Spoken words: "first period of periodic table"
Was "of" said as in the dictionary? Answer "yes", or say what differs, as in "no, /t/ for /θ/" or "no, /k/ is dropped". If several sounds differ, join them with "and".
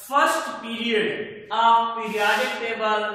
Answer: no, /p/ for /v/